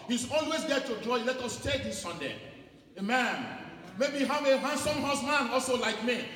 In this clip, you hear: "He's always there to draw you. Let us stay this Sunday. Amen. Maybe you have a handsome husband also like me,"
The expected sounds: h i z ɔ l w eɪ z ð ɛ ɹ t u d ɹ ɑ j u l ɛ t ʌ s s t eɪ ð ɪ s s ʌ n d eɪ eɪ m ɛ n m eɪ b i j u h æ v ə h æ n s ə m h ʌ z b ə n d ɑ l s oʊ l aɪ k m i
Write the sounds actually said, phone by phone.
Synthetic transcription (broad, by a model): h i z ɔ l w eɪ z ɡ ɛ t u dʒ ɑ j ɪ l ɛ t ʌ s s t eɪ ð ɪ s s ʌ n d eɪ eɪ m ɛ n m eɪ b i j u h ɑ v ə h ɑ n s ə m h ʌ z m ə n ɑ l s oʊ l aɪ k m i